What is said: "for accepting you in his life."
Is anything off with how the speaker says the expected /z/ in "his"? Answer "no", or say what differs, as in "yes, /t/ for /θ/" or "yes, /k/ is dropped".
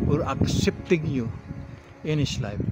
yes, /s/ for /z/